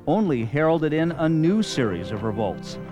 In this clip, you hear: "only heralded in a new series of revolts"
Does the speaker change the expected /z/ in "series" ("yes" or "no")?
no